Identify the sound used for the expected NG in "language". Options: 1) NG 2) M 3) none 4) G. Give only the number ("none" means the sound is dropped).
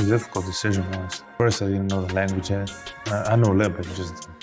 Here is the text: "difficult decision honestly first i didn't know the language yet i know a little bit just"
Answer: 1